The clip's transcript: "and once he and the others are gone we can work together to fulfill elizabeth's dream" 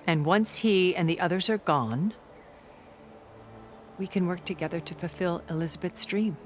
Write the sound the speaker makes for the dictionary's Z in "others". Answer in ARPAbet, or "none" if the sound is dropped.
Z